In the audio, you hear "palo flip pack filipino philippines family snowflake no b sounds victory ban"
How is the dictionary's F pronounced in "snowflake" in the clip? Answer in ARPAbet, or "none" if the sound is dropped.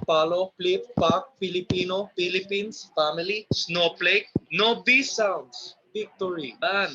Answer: P